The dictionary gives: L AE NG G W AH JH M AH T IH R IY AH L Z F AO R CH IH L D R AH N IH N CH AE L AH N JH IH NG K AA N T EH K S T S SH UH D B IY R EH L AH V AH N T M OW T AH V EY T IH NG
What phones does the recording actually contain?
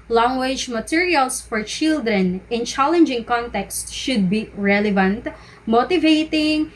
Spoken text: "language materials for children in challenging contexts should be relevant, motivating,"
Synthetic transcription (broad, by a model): L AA NG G W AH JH M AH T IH R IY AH L S F AO R CH IH L D R AH N IH N CH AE L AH N JH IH NG K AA N T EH K S T SH UH D B IY R EH L AH V AH N T M OW T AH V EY T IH NG